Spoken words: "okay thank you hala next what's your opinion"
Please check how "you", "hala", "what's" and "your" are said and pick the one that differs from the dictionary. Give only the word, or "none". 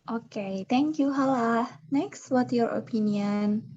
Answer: what's